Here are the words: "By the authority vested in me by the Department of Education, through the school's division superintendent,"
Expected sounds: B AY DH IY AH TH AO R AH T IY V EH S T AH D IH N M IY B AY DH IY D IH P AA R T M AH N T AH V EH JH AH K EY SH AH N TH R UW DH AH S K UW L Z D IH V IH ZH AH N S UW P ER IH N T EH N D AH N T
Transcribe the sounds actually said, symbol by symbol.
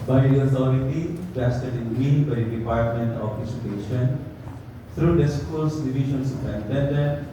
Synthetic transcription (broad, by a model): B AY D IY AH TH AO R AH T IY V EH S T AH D IH N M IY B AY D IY D IH P AA R T M AH N T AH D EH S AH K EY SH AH N T R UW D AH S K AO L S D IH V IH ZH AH N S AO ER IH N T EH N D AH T